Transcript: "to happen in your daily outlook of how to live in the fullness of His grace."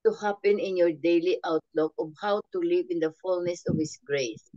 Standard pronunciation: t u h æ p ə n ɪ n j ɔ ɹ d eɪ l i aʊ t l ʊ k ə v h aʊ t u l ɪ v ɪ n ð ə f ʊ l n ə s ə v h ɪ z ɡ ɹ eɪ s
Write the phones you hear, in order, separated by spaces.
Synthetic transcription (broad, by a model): t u h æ p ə n ɪ n j ɔ ɹ d eɪ l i aʊ t l ʊ k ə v h aʊ t u l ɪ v ɪ n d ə f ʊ l n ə s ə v h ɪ s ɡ ɹ eɪ s